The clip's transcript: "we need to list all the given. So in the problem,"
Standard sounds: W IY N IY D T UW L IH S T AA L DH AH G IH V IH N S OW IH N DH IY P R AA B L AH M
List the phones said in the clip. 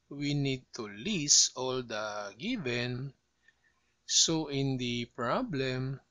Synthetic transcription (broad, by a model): W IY N IY D T UW L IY S AA L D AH G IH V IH N S OW IH N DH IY P R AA B L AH M